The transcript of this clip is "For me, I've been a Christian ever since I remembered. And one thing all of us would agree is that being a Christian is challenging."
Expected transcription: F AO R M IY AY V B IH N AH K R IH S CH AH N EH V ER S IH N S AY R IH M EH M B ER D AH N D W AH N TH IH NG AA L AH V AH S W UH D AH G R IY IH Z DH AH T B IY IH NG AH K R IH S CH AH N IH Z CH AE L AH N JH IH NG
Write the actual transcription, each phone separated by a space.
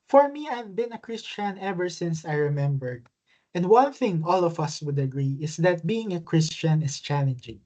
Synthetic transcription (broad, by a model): F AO R M IY AY V B IH N AH K R IH S CH AH N EH V ER S IH N S AY R IH M EH M B ER D AH N D W AH N TH IH NG AA L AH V AH S W UH D AH G R IY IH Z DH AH T B IY IH NG AH K R IH S CH AH N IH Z CH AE L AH N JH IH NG